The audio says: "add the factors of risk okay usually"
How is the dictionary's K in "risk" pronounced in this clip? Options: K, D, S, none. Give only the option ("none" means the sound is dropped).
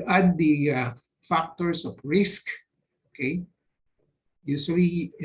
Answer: K